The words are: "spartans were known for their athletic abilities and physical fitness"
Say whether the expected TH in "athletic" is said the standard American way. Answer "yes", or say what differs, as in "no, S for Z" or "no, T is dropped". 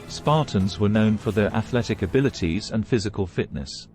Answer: yes